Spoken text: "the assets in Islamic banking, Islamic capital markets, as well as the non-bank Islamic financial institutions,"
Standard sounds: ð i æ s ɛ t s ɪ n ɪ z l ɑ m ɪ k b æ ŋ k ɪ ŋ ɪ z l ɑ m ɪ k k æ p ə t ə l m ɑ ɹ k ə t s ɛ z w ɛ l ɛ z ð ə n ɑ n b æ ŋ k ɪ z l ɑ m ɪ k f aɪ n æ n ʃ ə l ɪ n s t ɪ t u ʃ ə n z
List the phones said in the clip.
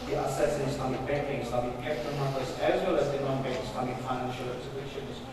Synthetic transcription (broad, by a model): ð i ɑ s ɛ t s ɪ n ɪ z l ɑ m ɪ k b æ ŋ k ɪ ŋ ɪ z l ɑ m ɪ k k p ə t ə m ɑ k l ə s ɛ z w ɛ l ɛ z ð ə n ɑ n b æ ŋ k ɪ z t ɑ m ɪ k f aɪ n æ n ʃ ə l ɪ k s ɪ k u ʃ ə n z